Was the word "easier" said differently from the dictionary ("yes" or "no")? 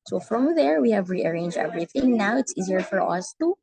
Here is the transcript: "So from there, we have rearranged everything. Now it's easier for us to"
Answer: no